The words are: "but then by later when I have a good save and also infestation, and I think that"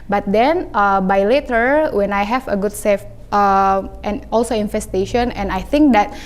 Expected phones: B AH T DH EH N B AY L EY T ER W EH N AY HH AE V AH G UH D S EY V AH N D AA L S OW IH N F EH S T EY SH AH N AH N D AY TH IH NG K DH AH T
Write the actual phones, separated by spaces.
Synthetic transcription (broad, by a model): B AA T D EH N B AY L EY T ER W EH N AY HH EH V AH G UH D S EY F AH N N AA L S OW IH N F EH S T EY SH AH N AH N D AY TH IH NG K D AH T